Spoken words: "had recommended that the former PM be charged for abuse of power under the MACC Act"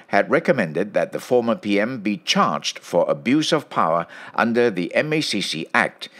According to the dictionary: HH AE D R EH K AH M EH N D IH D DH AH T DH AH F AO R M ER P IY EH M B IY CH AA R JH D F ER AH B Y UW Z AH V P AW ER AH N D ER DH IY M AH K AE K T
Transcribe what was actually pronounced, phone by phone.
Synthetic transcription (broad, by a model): HH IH D R EH K AH M EH N D IH D DH AH T DH AH F AO R M ER P IY EH M B IY CH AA R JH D F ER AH B Y UW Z AH V P AW ER AH N D ER DH IY M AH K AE K T